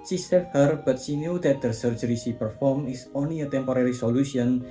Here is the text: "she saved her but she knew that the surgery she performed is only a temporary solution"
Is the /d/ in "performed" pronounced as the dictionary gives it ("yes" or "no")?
no